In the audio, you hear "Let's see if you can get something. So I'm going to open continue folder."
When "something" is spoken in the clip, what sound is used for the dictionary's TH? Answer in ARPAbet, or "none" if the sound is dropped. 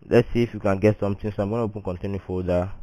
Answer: T